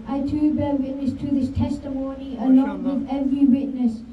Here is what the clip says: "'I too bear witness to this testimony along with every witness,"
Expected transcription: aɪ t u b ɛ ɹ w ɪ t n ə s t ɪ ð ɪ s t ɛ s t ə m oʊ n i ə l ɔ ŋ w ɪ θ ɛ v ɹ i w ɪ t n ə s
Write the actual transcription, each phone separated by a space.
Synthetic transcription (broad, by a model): aɪ t u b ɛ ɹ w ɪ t n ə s t ɪ ð ɪ s t ɛ s t ə m oʊ n i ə l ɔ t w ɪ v ɛ v ɹ i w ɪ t n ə s